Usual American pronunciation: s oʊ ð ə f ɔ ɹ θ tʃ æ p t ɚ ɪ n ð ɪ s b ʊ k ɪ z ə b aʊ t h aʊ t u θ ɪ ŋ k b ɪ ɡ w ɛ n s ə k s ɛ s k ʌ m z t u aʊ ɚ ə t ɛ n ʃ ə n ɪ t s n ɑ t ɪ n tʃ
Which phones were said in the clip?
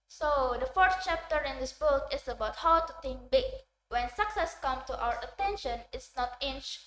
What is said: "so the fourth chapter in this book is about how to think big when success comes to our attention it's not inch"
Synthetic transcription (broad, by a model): s oʊ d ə f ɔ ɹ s tʃ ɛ p t ɚ ɪ n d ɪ s b ʊ k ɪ s ə b aʊ t h aʊ t u t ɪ ŋ k b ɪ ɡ w ɛ n s ə k s ɛ s k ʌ m t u aʊ ɚ ə t ɛ n ʃ ə n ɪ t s n ɑ t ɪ n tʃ